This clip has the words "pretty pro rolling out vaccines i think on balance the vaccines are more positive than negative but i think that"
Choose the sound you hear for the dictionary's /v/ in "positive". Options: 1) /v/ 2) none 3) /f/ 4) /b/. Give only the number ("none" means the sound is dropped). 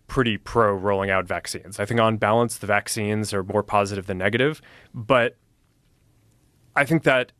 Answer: 1